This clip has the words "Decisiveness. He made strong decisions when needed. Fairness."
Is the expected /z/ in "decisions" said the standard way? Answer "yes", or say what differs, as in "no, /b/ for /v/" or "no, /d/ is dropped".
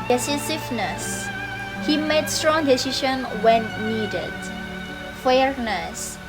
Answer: no, /z/ is dropped